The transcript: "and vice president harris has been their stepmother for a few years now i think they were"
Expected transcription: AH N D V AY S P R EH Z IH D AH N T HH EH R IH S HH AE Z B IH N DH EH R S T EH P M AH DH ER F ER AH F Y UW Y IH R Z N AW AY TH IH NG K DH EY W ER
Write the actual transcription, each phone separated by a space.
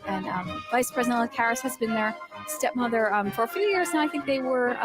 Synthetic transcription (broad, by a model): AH N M V AY S P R EH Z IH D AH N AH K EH R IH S HH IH Z B IH N DH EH R S T EH P M AH DH ER F ER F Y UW Y IH R Z N AW AY TH IH NG K DH EY W ER